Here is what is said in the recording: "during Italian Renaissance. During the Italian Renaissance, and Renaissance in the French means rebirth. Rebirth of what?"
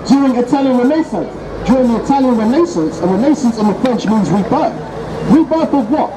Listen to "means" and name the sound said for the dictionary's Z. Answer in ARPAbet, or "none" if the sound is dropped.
Z